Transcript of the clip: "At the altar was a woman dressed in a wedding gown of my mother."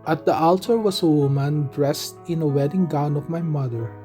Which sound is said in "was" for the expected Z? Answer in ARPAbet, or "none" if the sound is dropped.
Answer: S